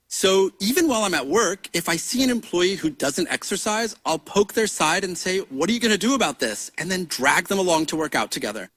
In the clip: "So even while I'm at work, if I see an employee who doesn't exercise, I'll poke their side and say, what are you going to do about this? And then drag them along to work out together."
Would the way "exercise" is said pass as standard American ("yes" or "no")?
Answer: yes